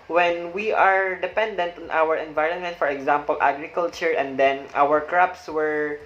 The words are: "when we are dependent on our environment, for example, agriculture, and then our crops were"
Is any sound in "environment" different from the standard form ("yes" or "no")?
no